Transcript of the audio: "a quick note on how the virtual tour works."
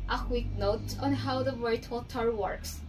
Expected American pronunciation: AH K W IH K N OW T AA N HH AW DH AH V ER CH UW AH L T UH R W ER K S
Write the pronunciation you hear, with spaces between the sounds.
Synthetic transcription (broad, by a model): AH K W IH K N OW T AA N HH AW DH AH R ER UW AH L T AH R W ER K S